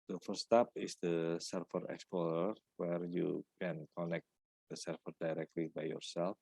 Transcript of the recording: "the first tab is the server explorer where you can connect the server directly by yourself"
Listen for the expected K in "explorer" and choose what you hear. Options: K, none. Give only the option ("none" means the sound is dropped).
K